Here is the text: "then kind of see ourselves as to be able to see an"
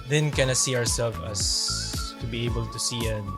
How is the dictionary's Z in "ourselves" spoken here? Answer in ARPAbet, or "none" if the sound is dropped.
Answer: none